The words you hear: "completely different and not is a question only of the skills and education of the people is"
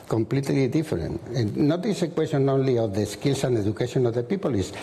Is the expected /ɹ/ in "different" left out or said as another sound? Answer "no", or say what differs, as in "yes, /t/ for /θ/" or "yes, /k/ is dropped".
yes, /ɹ/ is dropped